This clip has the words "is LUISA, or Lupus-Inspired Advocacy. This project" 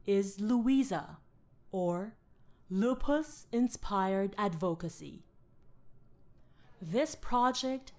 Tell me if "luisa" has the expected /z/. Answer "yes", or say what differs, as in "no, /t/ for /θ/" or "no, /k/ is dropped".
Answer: yes